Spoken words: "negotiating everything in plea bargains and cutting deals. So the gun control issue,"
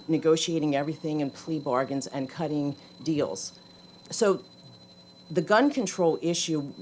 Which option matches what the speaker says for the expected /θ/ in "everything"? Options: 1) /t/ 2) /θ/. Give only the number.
2